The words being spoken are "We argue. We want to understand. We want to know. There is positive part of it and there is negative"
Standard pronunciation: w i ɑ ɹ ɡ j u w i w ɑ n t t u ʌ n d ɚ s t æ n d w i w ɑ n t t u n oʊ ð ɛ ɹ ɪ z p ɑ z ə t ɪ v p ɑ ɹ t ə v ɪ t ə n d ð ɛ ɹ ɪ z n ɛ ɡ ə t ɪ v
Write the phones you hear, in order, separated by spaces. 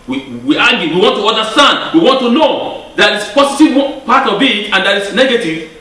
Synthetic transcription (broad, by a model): w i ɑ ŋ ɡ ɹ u w i w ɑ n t t u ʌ n d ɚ s t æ n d w i w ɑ n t t u n oʊ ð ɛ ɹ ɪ s p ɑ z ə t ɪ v p ɑ ɹ t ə b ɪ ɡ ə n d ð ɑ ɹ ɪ s n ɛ ɡ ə t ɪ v